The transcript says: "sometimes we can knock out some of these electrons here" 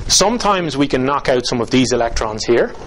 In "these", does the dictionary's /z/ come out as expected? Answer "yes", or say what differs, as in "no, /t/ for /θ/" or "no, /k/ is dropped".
yes